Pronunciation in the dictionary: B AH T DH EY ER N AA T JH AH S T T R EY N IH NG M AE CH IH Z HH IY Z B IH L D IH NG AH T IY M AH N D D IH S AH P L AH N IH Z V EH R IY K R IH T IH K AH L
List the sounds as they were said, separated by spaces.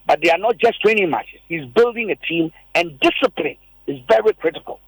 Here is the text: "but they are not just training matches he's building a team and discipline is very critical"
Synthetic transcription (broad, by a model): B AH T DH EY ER N AA T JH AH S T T EY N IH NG M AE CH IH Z HH IY Z B IH L D IH NG AH T IY M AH N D D IH S AH P L AH N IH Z V EH R IY K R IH T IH K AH L